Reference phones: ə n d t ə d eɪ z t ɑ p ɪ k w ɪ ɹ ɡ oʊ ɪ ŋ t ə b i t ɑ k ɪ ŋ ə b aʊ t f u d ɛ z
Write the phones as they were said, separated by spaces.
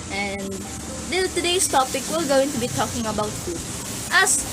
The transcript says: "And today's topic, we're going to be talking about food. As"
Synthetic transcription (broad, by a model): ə n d t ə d eɪ s t ɑ p ɪ k w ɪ l ɡ oʊ ɪ ŋ t ə b i t ɑ k ɪ ŋ ə b aʊ t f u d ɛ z